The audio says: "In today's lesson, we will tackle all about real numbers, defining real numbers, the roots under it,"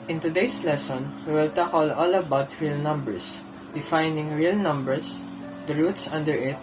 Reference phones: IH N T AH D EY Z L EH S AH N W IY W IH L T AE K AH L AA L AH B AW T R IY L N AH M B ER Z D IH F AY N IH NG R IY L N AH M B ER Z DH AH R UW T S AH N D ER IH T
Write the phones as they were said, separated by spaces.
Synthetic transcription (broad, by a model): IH N T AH D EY S L EH S AH N W IY W IH L T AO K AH L AA L AH B AW T R IY L N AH M B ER S D IH F AY N IH NG R IY L N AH M B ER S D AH R UW T S AH N D ER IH T